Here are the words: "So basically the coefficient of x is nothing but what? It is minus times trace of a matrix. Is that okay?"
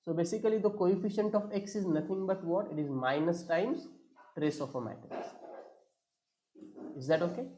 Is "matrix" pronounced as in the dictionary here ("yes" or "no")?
no